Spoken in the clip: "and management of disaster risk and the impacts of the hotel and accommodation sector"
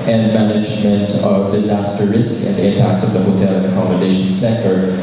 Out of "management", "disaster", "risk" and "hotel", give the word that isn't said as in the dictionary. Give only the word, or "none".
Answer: none